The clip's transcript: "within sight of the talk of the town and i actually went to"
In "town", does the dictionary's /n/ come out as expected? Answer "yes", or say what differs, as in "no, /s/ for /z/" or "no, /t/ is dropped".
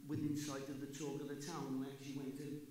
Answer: no, /n/ is dropped